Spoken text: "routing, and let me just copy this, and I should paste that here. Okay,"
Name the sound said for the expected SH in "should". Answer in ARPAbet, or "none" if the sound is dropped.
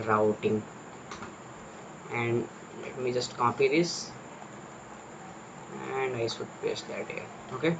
S